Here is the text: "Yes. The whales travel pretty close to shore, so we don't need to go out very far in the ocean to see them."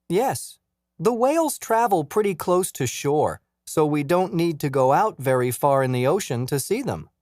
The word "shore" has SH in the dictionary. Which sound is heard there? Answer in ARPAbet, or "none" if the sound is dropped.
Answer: SH